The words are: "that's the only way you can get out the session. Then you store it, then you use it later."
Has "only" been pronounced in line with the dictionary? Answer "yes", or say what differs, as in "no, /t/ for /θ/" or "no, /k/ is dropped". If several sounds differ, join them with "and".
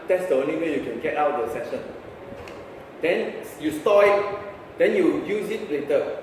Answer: no, /l/ is dropped